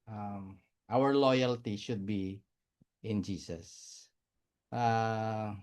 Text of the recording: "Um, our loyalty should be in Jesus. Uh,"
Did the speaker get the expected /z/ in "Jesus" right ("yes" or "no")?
no